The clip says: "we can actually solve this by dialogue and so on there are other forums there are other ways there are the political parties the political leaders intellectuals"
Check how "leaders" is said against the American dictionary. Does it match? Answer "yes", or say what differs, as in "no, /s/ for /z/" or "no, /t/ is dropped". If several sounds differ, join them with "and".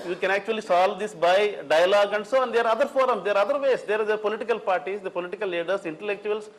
no, /s/ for /z/